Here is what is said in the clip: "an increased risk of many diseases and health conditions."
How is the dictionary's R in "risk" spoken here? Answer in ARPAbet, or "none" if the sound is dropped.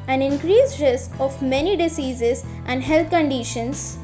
R